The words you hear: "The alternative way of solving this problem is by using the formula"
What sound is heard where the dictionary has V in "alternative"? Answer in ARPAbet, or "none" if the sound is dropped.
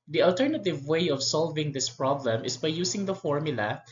V